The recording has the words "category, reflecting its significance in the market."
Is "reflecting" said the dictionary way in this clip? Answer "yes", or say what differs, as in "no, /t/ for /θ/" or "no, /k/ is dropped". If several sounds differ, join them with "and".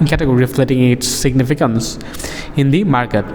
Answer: no, /k/ is dropped